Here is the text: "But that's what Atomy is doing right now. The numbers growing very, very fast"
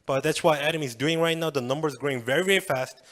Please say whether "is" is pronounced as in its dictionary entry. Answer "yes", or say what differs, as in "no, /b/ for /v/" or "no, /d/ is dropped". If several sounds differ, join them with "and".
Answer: yes